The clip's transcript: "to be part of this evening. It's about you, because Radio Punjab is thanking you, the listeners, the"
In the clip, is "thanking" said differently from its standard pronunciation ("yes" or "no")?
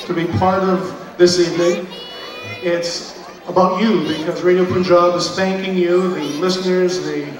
no